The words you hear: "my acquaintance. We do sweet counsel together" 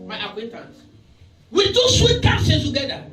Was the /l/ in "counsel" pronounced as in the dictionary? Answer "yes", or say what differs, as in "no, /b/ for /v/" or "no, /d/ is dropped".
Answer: no, /n/ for /l/